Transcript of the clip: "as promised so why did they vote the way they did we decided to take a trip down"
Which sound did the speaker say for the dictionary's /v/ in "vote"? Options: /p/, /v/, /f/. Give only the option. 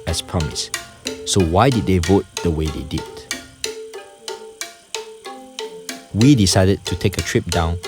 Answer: /v/